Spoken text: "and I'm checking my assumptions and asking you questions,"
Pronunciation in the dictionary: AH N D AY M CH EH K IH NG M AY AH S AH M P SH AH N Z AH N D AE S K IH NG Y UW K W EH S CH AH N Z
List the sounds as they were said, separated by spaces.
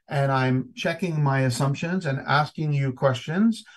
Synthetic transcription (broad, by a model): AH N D AY M CH EH K IH NG M AY AH S AH M P SH AH N Z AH N AE S K IH NG Y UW K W EH S CH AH N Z